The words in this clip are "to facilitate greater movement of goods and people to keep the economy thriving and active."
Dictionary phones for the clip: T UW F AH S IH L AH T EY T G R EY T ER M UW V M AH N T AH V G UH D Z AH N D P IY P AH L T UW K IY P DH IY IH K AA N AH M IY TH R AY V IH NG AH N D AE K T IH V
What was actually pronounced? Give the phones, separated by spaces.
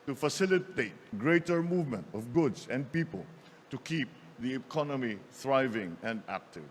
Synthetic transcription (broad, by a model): T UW F AH S IH L AH T EY T G R EY T ER M UW V M AH N T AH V G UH D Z AH N D P IY P AH L T UW K IY P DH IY IH K AA N AH M IY TH R AY V IH NG AH N D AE K T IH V